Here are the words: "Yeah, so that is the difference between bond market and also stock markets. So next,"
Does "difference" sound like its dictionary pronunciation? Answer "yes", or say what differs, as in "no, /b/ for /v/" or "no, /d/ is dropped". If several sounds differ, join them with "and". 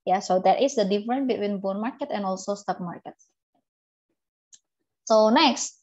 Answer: no, /s/ is dropped